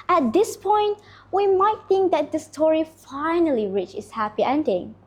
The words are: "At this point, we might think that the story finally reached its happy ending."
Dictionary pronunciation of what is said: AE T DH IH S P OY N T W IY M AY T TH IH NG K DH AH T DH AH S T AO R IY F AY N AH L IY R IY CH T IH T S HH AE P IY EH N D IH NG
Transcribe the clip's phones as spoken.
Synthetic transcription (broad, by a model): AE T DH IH S P OY N T W IY M AY T TH IH NG K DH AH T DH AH S T AO R IY F AY N AH L IY R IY CH IH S HH AE P IY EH N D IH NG